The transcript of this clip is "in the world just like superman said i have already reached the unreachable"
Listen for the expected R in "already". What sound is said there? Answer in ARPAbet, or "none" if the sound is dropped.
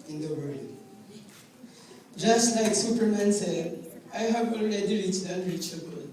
L